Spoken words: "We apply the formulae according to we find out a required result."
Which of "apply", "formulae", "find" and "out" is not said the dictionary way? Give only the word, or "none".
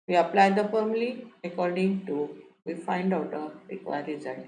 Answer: formulae